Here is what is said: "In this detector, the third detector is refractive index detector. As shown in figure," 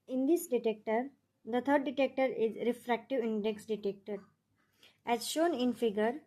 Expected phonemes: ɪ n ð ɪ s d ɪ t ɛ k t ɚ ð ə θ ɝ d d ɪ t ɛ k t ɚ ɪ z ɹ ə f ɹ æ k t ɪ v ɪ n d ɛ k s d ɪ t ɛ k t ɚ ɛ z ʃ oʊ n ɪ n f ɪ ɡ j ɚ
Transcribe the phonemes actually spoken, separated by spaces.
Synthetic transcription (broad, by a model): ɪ n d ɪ s d ɪ t ɛ k t ɚ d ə t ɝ d d ɪ t ɛ k t ɚ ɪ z ɹ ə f ɹ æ k t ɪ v ɪ n d ɛ k s d ɪ t ɛ k t ɚ ɛ z ʃ oʊ n ɪ n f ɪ ɡ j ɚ